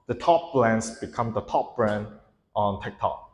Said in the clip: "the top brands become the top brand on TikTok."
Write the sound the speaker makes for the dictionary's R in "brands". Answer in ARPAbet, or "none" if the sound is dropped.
L